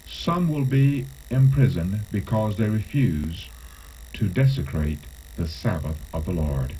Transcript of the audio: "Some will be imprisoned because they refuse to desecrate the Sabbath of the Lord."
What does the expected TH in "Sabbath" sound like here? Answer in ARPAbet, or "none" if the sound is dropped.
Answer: TH